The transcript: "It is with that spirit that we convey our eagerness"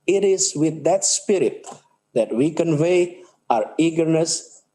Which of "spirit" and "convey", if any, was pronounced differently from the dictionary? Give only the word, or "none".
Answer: none